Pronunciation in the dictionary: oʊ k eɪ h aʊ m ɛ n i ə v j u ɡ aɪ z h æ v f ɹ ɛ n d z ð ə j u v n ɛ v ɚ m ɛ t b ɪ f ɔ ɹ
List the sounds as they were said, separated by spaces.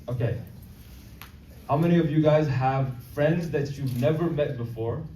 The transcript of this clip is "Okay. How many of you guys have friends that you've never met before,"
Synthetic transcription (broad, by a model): oʊ k eɪ h aʊ m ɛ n i ə v j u ɡ aɪ z h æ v f ɹ ɛ n d z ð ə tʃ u v n ɛ v ɚ m ɛ t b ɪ f ɔ ɹ